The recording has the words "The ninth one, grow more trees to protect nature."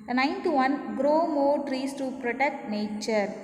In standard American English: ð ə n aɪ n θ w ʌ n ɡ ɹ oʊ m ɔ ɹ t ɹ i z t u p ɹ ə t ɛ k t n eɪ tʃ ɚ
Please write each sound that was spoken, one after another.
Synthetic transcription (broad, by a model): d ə n aɪ n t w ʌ n ɡ ɹ oʊ m ɔ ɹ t ɹ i s t u p ɹ ə t ɛ k t n eɪ tʃ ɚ